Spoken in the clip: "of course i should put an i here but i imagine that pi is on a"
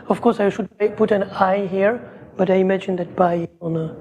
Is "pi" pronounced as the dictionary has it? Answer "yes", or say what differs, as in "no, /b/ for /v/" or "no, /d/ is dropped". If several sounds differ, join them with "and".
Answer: no, /b/ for /p/